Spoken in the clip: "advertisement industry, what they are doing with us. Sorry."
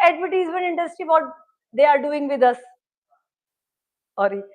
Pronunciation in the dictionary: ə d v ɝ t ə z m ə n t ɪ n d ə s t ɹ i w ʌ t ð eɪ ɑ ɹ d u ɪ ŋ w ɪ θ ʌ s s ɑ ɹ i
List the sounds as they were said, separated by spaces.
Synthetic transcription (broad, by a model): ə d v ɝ t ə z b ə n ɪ n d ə s t i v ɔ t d eɪ ɑ ɹ d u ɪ ŋ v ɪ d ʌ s s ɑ ɹ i